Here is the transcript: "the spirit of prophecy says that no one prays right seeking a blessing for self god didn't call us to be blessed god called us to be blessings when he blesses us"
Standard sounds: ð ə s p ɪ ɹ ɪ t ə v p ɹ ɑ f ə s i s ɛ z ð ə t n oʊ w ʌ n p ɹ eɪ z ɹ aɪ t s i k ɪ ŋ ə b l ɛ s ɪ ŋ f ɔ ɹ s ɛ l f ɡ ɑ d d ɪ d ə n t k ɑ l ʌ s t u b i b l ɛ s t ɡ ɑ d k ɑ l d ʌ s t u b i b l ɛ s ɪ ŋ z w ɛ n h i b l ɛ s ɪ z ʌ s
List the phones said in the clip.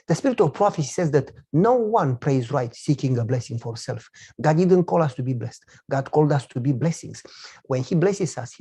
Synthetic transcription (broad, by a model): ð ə s p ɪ ɹ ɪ t ə v p ɹ ɑ f ə s i s ɛ z ð ə t n oʊ w ʌ n p ɹ eɪ z ɹ aɪ t s i k ɪ ŋ ə b l ɛ s ɪ ŋ f ɔ ɹ s ɛ l f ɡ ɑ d d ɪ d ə n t k ɑ l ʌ s t u b i b l ɛ s t ɡ ɑ d k ɑ l d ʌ s t u b i b l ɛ s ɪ ŋ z w ɛ n h i b l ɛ s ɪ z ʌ s